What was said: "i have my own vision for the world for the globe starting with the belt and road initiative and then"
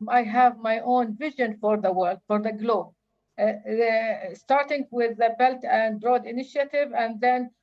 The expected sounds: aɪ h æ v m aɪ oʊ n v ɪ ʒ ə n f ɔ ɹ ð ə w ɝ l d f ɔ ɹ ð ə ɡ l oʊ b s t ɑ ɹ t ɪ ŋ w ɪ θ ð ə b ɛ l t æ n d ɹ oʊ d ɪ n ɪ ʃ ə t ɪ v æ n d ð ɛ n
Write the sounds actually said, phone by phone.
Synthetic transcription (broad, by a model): aɪ h æ v m aɪ oʊ n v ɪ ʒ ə n f ɔ ɹ ð ə w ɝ l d f ɔ ɹ ð ə ɡ l oʊ b s t ɑ ɹ t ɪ ŋ w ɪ ð ə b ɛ l t æ n d ɹ oʊ d ɪ n ɪ ʃ ə t ɪ v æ n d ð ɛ n